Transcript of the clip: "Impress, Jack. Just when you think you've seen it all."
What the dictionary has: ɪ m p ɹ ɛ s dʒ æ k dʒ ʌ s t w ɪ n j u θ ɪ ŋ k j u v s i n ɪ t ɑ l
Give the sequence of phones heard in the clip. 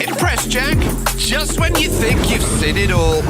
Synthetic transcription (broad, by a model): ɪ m p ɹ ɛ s dʒ æ k dʒ ʌ s t w ɪ n j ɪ θ ɪ ŋ k j u v s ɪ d ɪ t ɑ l